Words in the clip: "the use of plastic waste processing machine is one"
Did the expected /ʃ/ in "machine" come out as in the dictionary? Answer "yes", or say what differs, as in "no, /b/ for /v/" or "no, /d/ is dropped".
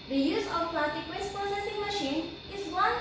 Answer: yes